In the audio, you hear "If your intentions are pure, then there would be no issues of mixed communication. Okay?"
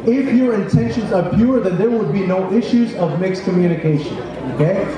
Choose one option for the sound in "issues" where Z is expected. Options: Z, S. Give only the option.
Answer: Z